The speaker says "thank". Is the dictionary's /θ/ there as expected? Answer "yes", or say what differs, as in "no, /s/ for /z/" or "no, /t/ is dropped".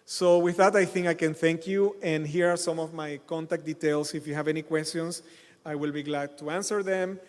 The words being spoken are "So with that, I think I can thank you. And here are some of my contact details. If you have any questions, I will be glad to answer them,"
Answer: yes